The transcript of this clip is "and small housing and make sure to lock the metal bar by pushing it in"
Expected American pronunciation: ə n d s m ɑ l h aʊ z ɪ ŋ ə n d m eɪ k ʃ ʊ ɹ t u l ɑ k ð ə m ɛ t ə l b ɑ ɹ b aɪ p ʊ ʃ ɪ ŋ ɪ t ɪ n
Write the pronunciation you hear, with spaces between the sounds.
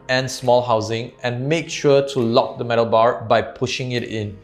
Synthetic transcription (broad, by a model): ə n s m ɑ l h aʊ z ɪ ŋ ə n m eɪ k ʃ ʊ t u l ɑ k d ə m ɛ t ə l b ɑ ɹ b aɪ p ʊ ʃ ɪ ŋ ɪ t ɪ n